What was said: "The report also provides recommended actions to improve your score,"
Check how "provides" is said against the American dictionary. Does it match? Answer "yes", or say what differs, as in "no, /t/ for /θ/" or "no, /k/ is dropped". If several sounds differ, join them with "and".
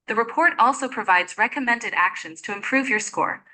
yes